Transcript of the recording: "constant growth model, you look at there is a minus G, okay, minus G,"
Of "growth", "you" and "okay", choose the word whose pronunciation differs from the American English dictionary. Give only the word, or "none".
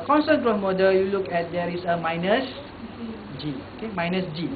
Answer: growth